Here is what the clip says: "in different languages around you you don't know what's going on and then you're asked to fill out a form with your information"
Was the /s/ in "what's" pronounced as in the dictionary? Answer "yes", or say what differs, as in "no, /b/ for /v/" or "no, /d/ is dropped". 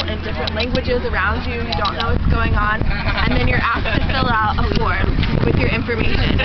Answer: yes